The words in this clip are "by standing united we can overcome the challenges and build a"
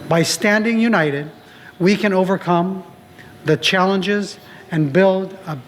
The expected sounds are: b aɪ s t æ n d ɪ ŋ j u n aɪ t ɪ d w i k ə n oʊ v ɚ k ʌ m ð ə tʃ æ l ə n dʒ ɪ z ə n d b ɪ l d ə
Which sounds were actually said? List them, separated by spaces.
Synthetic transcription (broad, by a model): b aɪ s t æ n d ɪ ŋ j u n aɪ t ɪ d w i k ə n oʊ v ɚ k ʌ m ð ə tʃ æ l ə n dʒ ɪ z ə n b ɪ l d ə